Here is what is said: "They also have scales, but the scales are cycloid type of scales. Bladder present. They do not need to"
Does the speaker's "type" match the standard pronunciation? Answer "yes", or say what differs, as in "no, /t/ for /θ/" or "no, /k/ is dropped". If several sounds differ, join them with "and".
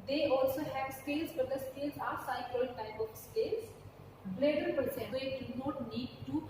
no, /b/ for /p/